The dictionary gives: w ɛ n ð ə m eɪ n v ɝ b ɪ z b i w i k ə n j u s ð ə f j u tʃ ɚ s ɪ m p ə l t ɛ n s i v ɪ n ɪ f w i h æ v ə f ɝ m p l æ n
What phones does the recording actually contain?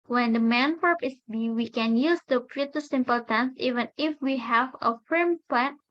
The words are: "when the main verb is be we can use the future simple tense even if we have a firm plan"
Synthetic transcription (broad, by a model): w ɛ n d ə m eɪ n p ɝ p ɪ s b i w i k ə n j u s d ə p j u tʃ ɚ s ɪ m p ə l t ɛ n s i v ɪ n ɪ f w i h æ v ə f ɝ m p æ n